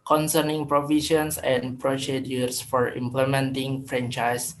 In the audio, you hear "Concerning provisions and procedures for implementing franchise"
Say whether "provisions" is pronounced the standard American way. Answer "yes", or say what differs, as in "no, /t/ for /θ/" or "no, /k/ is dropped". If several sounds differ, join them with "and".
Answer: no, /ʃ/ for /ʒ/ and /s/ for /z/